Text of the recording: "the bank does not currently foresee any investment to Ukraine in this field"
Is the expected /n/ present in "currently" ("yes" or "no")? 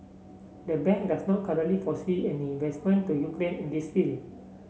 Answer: no